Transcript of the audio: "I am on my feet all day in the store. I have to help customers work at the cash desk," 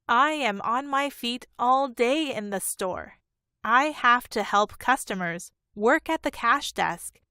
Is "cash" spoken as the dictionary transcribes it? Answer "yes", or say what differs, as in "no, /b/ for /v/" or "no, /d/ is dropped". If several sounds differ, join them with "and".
yes